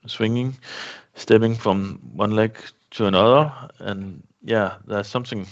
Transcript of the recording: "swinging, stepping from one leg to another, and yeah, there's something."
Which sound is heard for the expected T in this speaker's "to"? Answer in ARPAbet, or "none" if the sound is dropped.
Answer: S